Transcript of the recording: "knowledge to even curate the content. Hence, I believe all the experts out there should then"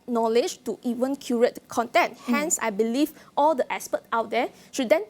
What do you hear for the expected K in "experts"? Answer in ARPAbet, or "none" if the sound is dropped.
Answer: none